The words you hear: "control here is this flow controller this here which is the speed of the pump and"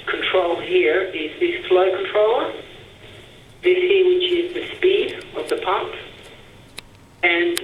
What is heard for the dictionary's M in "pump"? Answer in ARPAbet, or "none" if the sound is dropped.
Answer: none